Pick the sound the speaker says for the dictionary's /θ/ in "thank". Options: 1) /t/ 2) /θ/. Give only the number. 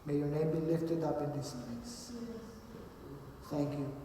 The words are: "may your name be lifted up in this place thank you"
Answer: 1